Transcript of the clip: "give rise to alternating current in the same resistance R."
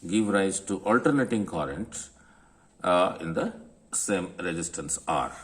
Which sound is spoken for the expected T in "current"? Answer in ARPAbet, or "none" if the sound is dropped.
T